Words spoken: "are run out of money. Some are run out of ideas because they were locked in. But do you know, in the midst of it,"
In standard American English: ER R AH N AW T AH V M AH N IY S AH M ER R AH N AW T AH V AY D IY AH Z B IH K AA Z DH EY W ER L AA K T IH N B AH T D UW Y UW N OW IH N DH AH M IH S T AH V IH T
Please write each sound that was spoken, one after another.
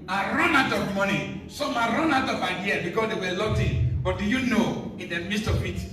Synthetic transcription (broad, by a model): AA R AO N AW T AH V M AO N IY S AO M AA R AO N AW T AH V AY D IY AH B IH K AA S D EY W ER L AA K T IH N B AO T D UW Y UW N OW IH N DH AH M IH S T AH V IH T